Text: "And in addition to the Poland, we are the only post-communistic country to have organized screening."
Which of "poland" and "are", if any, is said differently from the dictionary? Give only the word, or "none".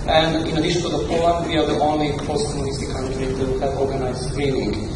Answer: poland